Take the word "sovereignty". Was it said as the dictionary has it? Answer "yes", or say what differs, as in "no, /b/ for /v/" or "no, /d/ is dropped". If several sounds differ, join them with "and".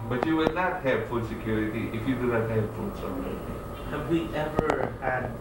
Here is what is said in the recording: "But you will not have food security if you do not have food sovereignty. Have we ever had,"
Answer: no, /n/ is dropped